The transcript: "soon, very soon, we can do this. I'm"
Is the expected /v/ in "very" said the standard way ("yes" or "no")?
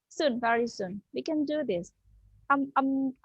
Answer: yes